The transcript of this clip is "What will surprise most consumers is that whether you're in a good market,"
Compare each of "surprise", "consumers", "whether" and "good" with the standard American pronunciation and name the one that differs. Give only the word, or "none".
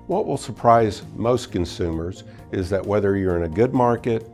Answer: none